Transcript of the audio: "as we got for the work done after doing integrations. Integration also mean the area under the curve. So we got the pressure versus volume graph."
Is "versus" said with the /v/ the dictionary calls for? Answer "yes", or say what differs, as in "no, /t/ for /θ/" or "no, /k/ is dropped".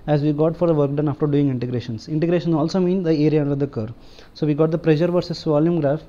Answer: yes